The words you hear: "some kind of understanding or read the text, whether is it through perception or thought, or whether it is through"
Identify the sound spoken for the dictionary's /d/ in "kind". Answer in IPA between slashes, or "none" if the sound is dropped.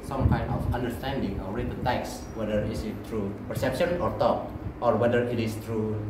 none